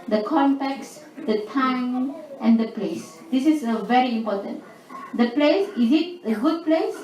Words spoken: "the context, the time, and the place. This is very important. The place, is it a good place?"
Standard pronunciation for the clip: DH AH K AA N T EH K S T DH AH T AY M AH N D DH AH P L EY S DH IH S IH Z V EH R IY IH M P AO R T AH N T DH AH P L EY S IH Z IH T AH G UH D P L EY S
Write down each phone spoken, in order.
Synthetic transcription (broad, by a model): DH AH K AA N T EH K S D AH T AY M AH N D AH P L EY S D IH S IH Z V EH R IY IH M P AO T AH N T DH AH P L EY S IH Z IH T AH G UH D P L EY S